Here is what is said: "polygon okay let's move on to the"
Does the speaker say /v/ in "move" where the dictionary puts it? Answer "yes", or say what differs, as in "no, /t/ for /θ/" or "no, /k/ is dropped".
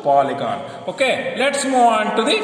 no, /v/ is dropped